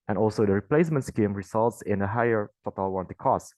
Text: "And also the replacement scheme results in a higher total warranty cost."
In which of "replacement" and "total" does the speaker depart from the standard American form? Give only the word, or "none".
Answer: none